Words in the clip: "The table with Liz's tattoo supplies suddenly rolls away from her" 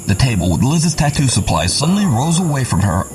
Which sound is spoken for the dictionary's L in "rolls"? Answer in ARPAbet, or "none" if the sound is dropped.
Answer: none